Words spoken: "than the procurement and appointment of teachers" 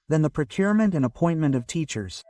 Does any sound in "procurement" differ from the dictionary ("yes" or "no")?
no